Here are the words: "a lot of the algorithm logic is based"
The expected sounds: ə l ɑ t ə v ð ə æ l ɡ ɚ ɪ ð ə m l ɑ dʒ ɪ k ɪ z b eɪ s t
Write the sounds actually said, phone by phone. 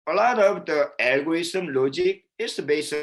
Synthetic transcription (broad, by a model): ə l ɑ t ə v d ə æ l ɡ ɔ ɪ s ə m l ɑ dʒ ɪ k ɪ s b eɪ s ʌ